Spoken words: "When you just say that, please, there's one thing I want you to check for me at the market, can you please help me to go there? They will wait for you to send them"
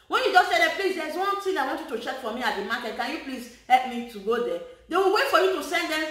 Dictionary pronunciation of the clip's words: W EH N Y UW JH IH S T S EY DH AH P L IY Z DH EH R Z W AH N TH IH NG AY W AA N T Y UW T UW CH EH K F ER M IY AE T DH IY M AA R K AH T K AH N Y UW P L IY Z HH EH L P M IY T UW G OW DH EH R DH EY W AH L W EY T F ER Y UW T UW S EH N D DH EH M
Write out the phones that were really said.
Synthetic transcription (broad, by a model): W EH N Y UW JH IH S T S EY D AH P L IY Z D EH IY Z W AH N T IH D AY W AA N T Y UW T UW CH EH K F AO M IY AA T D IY M AA K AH T K AH N Y UW P L IY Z HH EH L P M IY T UW G OW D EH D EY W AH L W EY T F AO Y UW T UW S EH N D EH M